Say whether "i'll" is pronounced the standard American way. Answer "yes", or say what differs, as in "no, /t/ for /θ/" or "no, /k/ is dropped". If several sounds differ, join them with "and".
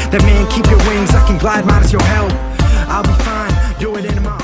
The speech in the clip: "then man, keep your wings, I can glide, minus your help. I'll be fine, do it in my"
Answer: yes